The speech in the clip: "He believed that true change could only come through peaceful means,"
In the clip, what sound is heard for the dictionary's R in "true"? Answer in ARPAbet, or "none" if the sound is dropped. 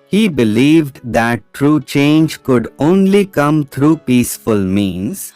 R